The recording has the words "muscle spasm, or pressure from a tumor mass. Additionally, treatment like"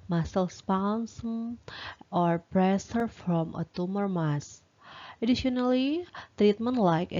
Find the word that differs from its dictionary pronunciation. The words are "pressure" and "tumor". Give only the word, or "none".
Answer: pressure